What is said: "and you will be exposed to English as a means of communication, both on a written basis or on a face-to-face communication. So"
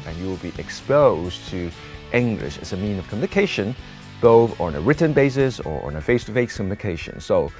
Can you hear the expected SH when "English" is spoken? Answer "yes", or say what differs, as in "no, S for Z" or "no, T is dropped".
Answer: yes